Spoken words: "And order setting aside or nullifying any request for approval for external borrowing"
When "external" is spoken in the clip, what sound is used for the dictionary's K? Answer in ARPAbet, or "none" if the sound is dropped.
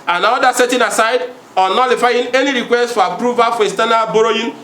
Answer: none